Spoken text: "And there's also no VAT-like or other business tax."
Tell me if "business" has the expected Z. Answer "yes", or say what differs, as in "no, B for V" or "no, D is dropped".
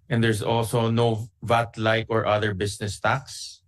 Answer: no, S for Z